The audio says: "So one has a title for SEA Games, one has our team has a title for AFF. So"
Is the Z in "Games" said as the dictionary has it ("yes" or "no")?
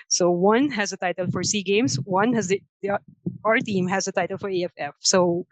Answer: no